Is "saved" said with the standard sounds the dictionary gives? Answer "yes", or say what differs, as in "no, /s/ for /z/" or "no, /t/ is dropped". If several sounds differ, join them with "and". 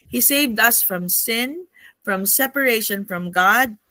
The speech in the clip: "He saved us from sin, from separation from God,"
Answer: yes